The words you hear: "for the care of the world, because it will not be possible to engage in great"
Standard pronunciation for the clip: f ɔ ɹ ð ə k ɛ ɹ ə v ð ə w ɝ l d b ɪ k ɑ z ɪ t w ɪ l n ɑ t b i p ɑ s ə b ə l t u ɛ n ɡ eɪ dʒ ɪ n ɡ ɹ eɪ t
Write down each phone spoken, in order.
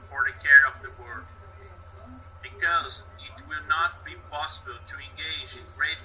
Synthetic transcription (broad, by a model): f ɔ ɹ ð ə k ɛ ɹ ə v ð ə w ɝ d b ɪ k ɑ z ɪ t w ɪ l n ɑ t b i p ɑ s ə b ə l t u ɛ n ɡ eɪ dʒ ɪ n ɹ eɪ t